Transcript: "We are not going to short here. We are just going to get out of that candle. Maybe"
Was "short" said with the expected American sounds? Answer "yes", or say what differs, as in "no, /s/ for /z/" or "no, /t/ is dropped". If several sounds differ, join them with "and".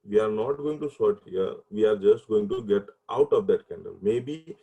no, /s/ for /ʃ/